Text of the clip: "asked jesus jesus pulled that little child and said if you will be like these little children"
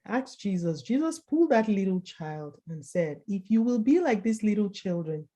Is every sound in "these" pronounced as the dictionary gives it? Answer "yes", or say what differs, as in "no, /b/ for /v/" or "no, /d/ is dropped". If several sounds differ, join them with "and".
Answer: no, /s/ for /z/